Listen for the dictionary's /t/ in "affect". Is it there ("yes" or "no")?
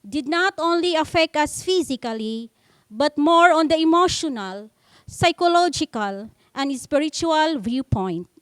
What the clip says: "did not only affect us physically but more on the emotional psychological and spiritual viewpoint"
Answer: yes